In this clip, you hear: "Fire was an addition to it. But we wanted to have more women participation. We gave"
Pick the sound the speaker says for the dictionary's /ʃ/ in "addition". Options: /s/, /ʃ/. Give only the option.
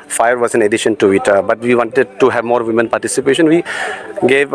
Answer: /ʃ/